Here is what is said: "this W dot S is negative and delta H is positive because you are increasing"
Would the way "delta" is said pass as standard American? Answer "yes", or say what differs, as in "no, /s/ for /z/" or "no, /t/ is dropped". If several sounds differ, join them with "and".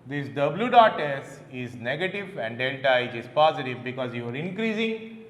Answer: no, /n/ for /l/